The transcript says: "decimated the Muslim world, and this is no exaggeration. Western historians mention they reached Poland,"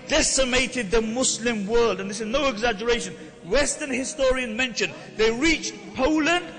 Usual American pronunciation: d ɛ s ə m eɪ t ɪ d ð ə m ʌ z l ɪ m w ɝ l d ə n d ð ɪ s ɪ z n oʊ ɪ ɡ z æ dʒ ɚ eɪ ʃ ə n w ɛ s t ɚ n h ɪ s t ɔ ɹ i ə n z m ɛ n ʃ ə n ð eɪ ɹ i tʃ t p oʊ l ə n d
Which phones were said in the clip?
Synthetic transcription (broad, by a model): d ɛ s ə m eɪ t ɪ d ð ə m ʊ s l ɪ m w ɝ l d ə n ð ɪ s ɪ z n oʊ ɪ ɡ z æ dʒ ɚ eɪ ʃ ə n w ɛ s t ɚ n h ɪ s t ɔ ɹ i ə n m ɛ n ʃ ə n ð eɪ ɹ i tʃ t p oʊ l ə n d